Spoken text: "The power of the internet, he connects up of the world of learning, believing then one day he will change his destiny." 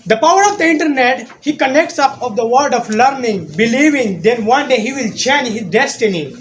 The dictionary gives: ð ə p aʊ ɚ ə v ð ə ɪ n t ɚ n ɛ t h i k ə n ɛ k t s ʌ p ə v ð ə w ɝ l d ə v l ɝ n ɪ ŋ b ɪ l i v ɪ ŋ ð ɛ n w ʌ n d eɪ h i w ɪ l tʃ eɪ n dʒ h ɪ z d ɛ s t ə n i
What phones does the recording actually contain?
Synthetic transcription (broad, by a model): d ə p aʊ ɚ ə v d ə ɪ n t ɚ n ɛ t h i k ə n ɛ k t s ʌ p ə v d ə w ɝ d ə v l ɝ n ɪ ŋ b ɪ l i v ɪ ŋ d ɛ n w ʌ n d eɪ h i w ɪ l tʃ eɪ n dʒ h ɪ z d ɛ s t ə n i